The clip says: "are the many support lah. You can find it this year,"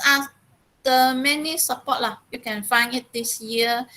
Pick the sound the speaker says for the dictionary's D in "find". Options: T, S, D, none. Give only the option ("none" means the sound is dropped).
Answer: none